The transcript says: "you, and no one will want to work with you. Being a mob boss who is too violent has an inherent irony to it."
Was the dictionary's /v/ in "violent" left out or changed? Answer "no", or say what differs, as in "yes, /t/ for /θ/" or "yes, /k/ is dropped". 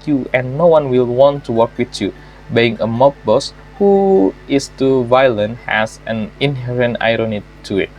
no